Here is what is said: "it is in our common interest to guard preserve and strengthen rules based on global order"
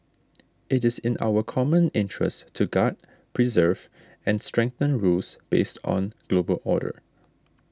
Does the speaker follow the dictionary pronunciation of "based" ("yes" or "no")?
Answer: yes